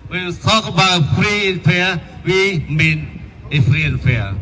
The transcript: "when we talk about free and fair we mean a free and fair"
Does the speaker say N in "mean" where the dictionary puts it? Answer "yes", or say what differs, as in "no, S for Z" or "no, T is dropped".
yes